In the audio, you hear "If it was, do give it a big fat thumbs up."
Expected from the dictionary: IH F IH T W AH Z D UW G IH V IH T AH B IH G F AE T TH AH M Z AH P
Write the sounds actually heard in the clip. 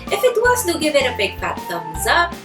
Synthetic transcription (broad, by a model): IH F IH T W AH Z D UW G IH V IH T AH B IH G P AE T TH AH Z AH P